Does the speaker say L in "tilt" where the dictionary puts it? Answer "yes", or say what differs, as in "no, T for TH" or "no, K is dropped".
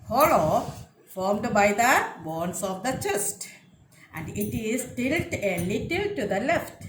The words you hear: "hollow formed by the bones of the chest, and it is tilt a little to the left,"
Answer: yes